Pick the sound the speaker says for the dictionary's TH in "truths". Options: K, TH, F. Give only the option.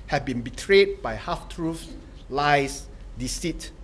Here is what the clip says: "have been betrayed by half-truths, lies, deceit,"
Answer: F